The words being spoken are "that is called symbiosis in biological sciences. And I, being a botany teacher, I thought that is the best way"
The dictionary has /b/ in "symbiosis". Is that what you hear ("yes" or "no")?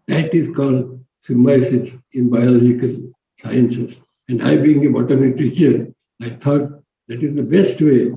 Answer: no